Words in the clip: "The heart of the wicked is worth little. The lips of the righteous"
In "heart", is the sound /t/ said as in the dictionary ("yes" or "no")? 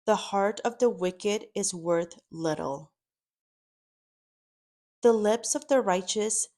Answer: yes